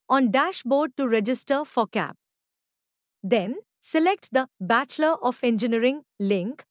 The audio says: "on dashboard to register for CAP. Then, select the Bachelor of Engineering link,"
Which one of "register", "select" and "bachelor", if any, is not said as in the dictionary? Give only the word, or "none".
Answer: none